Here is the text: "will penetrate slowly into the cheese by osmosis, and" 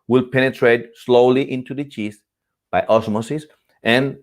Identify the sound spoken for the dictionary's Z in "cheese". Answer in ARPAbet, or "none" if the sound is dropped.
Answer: S